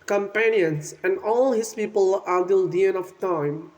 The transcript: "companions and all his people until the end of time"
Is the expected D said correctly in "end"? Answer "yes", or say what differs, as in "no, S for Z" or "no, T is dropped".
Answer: no, D is dropped